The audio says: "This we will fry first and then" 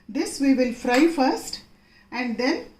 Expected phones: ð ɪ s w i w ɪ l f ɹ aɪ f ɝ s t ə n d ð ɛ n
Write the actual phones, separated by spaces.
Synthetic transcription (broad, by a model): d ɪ s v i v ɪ l f ɹ aɪ f ɝ s t ə n d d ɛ n